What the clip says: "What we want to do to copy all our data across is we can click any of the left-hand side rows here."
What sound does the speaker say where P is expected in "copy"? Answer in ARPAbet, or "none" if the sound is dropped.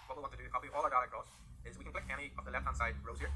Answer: none